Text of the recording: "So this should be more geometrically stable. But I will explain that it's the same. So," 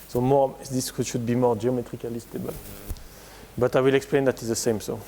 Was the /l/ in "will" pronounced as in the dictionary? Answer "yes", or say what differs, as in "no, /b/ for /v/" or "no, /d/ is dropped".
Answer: yes